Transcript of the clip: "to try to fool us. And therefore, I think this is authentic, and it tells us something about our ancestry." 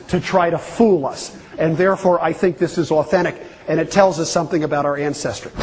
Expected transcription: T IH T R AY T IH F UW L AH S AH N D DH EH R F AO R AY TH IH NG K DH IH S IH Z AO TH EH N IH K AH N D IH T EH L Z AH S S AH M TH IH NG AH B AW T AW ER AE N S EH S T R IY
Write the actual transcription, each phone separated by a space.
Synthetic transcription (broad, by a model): T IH T R AY T IH F UW L AH S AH N DH EH R F AO R AY TH IH NG K DH IH S IH Z AO TH EH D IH K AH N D IH T EH L Z AH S S AH M TH IH NG AH B AW T AW ER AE N S EH S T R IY